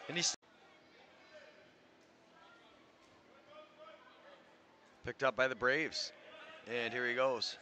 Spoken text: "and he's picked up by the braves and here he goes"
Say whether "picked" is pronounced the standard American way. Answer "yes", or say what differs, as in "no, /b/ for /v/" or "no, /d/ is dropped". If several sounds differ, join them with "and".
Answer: yes